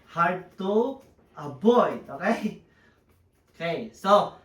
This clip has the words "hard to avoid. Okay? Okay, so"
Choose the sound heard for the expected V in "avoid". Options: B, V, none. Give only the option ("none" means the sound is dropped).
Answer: B